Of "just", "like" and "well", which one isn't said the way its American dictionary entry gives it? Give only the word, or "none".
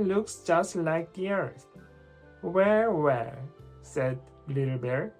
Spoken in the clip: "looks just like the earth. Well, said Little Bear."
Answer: well